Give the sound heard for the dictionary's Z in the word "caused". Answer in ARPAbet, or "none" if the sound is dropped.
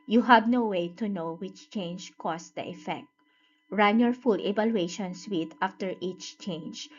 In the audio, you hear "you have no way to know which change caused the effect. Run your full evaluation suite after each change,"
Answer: S